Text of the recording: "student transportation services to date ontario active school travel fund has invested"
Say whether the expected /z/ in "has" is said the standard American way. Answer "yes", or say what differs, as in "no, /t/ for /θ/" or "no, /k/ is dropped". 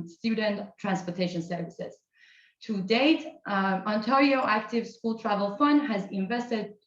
yes